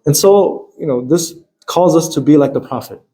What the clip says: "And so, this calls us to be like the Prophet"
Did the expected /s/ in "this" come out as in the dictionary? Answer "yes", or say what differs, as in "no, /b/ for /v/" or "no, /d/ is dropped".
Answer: yes